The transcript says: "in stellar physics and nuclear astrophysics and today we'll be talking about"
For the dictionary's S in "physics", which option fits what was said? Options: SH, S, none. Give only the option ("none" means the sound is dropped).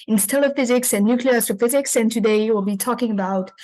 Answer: S